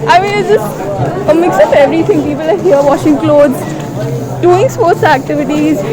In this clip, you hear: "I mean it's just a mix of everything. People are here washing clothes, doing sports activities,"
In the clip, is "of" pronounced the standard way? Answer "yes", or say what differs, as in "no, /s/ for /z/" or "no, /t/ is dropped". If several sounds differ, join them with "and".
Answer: no, /p/ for /v/